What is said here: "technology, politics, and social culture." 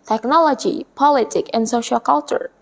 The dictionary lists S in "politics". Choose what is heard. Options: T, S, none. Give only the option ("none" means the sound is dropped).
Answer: none